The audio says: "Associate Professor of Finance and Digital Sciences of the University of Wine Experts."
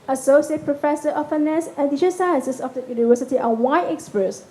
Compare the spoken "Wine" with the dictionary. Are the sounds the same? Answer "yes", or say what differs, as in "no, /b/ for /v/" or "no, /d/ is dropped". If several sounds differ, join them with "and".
no, /n/ is dropped